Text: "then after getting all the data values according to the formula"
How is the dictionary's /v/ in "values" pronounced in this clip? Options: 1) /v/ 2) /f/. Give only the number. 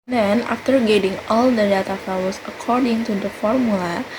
2